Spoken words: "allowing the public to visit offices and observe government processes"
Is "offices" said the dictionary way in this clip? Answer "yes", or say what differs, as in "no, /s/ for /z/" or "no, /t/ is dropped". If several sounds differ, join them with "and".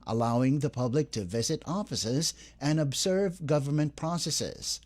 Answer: yes